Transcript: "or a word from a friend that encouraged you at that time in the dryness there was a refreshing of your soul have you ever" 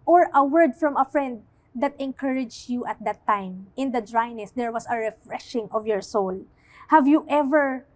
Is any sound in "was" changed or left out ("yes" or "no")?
yes